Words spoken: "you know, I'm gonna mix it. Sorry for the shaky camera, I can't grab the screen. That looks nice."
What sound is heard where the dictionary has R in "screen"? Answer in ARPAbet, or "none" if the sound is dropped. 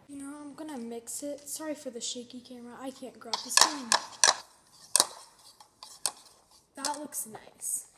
none